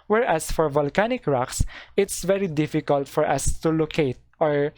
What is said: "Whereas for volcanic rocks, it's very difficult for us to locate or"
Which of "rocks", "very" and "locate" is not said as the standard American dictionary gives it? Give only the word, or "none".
none